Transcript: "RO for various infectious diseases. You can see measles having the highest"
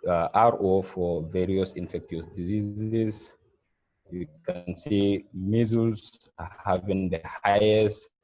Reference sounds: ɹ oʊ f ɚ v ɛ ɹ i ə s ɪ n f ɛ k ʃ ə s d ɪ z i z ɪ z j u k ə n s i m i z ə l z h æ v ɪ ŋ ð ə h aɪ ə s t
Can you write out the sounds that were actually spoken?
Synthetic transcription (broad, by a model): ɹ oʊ f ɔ v ɛ ɹ i ə s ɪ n f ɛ k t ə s d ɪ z i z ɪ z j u k ə n s i m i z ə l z h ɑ v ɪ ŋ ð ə h aɪ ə s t